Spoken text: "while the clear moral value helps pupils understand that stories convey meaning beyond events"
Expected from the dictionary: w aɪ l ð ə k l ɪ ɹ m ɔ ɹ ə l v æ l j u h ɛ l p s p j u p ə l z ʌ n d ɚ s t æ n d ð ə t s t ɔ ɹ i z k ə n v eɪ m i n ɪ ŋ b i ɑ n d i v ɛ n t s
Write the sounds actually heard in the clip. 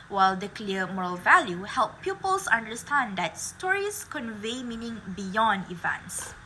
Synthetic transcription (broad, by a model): w aɪ l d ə k l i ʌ m ɔ ɹ ə l v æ l j u h ɛ l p p j u p ə l s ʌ n d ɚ s t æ n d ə t s t ɔ ɹ i s k ə n v eɪ m i n ɪ ŋ b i ɑ n d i v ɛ n t s